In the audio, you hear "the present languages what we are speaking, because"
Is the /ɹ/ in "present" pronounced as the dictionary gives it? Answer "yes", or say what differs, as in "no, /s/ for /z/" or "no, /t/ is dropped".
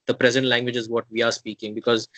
yes